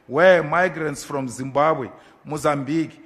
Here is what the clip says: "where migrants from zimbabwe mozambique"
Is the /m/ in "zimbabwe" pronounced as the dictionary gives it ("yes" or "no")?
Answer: yes